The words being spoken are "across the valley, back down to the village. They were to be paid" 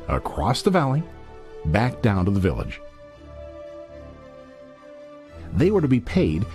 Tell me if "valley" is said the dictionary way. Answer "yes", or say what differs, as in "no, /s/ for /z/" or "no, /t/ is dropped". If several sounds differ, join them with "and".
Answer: yes